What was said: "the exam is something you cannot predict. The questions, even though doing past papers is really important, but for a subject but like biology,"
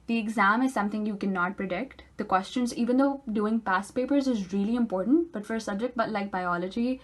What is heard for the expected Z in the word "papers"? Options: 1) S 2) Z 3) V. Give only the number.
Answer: 2